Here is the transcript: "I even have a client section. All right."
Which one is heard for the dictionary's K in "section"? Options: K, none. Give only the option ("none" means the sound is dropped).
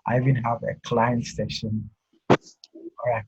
none